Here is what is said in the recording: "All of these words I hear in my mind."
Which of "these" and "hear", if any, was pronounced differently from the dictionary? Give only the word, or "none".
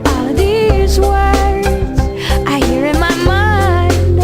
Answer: none